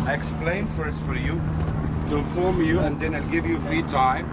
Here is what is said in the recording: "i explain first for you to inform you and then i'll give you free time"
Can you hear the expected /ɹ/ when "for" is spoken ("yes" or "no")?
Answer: yes